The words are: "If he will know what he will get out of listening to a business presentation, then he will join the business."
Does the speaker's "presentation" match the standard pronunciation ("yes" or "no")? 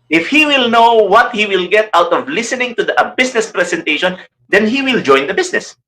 no